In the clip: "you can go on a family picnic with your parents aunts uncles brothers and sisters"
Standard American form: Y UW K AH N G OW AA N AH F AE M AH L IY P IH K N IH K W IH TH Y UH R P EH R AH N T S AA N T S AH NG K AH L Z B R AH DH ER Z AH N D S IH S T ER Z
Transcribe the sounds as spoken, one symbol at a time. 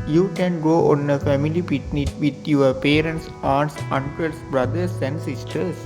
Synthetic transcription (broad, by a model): Y UW K AH N G OW AA N AH F AE M AH L IY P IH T N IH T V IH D Y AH R P EH R AH N T S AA T S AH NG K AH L S B R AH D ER S AH N D S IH S T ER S